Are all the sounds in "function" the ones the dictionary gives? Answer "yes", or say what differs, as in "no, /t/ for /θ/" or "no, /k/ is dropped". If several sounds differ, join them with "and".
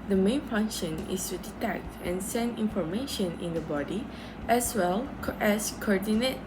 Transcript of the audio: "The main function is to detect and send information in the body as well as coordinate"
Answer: yes